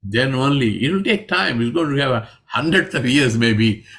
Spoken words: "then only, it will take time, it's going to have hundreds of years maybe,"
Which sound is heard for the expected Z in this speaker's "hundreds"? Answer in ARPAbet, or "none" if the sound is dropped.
S